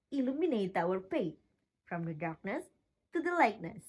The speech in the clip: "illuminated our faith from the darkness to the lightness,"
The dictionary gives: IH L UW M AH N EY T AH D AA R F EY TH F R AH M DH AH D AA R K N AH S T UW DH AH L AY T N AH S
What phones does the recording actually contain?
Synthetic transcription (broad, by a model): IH L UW M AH N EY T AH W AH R P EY T F R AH M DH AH D AA R K N AH S T UW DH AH L AY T N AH S